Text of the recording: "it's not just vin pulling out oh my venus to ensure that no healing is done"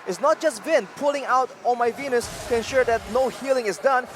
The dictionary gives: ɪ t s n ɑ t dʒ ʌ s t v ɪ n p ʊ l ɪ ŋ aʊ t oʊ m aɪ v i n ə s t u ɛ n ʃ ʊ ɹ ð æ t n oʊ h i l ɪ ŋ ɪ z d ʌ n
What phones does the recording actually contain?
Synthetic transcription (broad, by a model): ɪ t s n ɑ t dʒ ʌ s t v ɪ n p ʊ l ɪ ŋ aʊ t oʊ m aɪ v i n ə s t u ɛ n ʃ ʊ ɹ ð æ t n oʊ h i l ɪ ŋ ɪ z d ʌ n